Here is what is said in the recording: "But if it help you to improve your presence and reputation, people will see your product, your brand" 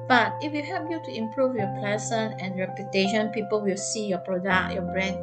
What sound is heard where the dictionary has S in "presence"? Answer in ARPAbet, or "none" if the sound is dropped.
none